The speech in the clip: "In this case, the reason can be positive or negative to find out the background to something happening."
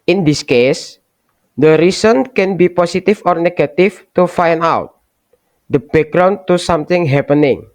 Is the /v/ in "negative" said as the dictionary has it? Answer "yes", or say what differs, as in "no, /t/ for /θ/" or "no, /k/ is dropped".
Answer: no, /f/ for /v/